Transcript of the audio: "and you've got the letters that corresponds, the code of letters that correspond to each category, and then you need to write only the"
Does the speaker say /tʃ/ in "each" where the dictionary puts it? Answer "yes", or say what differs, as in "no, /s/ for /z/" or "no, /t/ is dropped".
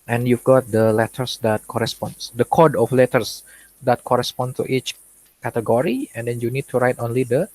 yes